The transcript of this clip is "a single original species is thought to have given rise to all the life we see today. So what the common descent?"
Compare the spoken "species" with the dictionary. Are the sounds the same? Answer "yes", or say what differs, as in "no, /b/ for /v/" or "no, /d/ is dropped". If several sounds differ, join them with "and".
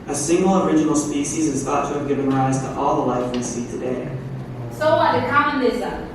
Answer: yes